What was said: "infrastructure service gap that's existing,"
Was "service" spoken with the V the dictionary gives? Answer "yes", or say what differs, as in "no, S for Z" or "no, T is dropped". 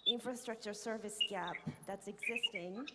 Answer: yes